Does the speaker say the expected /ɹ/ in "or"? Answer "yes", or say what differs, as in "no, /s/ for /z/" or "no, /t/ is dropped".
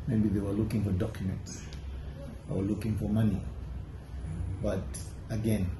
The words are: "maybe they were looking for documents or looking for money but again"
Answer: no, /w/ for /ɹ/